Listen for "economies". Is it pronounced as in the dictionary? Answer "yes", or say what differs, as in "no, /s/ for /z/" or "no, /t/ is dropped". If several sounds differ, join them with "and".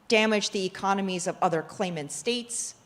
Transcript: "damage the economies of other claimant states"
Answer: yes